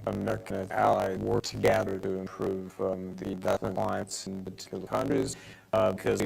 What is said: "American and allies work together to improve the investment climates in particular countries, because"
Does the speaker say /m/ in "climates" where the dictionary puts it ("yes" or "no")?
no